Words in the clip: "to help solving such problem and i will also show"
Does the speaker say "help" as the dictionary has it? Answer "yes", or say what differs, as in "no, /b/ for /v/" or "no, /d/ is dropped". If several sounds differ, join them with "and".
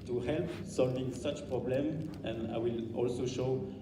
yes